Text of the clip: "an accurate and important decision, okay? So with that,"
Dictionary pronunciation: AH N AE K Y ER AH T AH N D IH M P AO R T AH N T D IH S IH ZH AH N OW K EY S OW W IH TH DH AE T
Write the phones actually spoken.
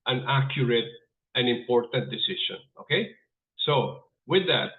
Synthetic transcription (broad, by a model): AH N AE K Y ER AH T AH N IH M P AO R T AH N T D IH S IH SH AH N OW K EY S OW W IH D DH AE T